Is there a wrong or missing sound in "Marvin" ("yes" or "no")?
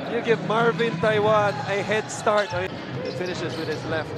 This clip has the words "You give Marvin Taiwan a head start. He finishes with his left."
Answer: no